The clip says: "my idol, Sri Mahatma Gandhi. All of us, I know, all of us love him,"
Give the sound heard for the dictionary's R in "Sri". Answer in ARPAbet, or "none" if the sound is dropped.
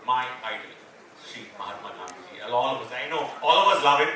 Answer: none